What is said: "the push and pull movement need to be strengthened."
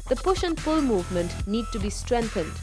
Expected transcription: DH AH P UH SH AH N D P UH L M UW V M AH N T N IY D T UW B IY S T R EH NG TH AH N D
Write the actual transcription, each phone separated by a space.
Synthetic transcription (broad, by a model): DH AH P UH SH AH N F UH L M UW V M AH N T N IY D T UW B IY S T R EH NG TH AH N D